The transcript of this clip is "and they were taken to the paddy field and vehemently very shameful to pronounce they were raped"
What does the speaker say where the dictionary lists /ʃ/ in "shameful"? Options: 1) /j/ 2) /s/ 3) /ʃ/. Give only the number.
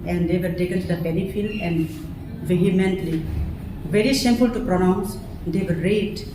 2